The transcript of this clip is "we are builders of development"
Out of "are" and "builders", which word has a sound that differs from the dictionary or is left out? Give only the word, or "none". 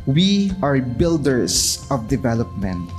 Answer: builders